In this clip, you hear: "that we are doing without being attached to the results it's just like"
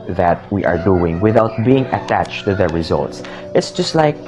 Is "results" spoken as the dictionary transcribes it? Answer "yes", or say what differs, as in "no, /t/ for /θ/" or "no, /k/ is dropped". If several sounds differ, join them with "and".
yes